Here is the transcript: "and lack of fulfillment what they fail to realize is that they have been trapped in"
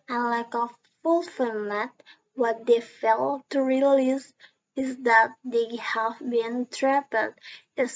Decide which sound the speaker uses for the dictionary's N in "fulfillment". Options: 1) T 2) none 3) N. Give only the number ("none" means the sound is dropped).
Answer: 2